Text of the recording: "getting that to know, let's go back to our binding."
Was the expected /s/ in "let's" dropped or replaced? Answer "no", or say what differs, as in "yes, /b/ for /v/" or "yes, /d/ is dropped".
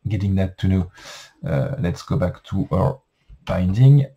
no